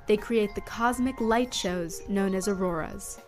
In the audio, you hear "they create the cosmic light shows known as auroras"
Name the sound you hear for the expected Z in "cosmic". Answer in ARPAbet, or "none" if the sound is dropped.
Z